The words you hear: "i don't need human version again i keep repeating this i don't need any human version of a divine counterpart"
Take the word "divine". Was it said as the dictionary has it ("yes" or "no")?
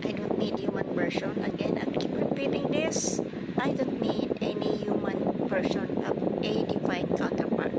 no